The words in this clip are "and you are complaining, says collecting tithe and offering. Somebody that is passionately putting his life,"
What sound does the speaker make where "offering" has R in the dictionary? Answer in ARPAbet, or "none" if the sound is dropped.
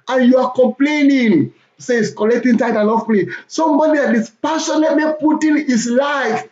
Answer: L